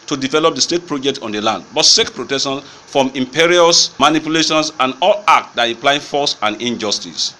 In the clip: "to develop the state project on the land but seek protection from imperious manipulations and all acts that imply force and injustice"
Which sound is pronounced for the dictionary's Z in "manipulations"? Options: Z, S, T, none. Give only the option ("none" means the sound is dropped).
S